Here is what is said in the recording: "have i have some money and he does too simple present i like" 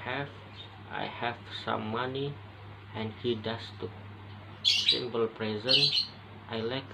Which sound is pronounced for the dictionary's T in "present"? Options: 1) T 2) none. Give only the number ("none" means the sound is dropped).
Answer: 1